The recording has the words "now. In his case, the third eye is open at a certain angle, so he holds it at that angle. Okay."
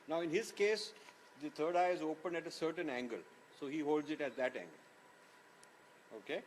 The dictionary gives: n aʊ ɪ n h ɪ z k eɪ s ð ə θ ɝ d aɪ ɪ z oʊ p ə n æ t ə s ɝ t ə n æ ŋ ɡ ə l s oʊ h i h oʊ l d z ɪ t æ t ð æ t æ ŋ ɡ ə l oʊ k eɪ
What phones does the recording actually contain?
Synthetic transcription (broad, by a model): n aʊ ɪ n h ɪ z k eɪ s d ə t ɝ d aɪ ɪ z oʊ p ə n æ t ə s ɝ t ə n æ ŋ ɡ ə l s oʊ h i h oʊ l d z ɪ t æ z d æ t æ ŋ ɡ ə l oʊ k eɪ